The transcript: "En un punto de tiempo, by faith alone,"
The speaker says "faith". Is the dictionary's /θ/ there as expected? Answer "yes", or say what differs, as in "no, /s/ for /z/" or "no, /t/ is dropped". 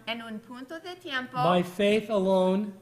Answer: yes